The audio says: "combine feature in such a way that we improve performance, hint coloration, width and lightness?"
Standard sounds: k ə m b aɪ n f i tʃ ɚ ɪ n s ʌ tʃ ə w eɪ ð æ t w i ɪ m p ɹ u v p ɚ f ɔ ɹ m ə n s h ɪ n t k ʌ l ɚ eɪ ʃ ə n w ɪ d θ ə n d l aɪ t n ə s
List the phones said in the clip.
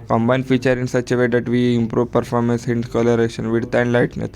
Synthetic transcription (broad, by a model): k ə m b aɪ n f i tʃ ɚ ɪ n s ʌ tʃ ə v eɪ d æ t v i ɪ m p ɹ u v p ɚ f ɔ ɹ m ə n s h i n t k ʌ l ɚ eɪ ʃ ə n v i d t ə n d l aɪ t n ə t